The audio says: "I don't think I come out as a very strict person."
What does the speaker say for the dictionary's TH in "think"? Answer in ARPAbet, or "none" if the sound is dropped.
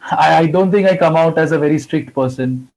T